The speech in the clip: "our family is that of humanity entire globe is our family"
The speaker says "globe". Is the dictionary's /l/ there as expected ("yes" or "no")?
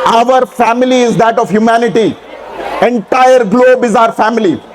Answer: yes